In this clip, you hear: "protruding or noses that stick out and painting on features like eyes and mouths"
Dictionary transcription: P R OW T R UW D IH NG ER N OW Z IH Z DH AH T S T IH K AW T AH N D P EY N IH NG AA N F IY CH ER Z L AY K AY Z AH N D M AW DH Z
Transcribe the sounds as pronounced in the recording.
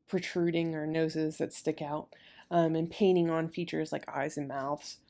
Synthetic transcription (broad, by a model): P R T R UW D IH NG ER N OW Z IH Z DH AH T S T IH K AW T AH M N P EY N IH NG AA N F IY CH ER Z L AY K AY Z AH N M AW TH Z